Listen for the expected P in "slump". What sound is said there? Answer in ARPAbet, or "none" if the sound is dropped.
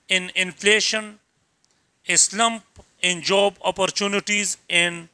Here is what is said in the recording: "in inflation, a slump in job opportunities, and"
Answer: P